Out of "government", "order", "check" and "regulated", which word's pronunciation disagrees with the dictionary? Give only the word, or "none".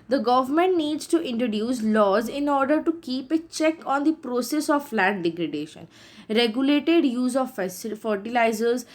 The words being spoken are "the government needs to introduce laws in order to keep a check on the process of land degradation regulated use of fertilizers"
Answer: none